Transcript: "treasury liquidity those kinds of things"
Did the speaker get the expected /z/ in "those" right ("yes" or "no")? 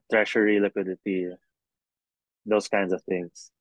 no